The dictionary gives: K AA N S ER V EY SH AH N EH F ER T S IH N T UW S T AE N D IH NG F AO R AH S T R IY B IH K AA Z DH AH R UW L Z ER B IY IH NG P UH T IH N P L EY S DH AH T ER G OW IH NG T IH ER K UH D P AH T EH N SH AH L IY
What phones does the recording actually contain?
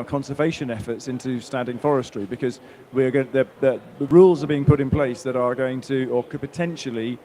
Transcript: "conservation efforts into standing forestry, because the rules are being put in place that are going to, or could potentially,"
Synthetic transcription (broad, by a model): K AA N S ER V EY SH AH N EH F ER T S IH N T UW S T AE N D IH NG F AO R AH S T R IY B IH K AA Z DH AH R UW L Z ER B IY IH NG P UH T IH N P L EY S DH AH T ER G OW IH NG T IH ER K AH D P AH T EH N SH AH L IY